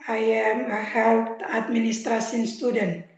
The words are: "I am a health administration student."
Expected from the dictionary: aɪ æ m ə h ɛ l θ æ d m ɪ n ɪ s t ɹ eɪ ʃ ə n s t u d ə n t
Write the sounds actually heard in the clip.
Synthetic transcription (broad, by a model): aɪ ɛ m ə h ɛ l t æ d m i n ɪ s t ɹ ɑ s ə n s t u d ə n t